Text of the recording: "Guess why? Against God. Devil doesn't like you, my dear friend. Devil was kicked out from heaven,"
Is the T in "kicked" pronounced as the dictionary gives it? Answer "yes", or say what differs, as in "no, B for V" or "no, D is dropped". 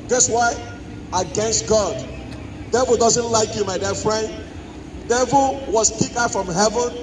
no, T is dropped